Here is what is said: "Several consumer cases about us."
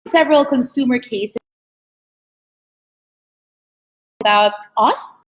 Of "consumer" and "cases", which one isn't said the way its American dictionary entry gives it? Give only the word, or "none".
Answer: cases